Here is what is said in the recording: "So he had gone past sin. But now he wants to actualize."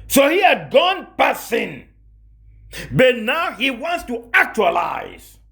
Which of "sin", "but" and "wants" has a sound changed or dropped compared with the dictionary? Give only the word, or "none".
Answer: none